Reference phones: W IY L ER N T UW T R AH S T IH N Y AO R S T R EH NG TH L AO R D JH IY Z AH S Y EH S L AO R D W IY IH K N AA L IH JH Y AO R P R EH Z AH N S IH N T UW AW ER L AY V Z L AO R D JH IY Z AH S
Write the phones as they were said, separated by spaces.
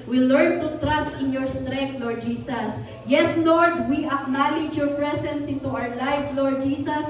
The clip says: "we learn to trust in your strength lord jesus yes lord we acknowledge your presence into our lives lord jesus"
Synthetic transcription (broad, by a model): W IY L ER N T UW T R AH S T IH N Y AO R S T R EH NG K L AO R D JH IY S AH S Y EH S L AO R D W IY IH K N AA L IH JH Y AO R P R EH S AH N S IH N T UW AW ER L AY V S L AO R D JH IY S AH S